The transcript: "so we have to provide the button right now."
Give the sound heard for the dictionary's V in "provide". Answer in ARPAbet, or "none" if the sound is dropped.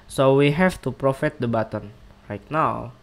F